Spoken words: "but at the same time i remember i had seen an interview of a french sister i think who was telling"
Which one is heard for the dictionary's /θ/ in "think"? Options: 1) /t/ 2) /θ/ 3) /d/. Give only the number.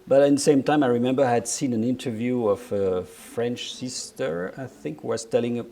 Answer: 2